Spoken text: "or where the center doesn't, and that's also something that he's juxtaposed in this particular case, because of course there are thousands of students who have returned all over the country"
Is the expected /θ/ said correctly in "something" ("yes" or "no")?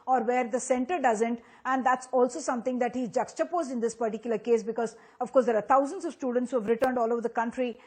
no